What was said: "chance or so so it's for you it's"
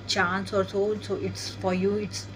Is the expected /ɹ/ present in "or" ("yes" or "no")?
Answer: yes